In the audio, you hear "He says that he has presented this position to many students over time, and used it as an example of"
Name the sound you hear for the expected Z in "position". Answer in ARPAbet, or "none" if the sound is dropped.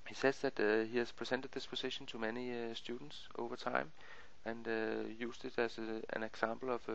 S